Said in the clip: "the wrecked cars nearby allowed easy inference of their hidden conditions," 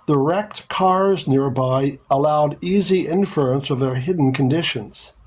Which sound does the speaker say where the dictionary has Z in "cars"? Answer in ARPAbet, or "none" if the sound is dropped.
Z